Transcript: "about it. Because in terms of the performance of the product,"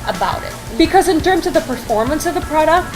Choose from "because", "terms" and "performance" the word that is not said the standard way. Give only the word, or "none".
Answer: none